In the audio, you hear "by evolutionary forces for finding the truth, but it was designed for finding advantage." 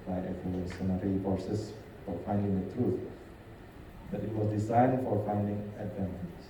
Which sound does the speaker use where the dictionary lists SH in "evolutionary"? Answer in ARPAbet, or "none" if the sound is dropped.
S